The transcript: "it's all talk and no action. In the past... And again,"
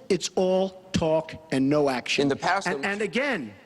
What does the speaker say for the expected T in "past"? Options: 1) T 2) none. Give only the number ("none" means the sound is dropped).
2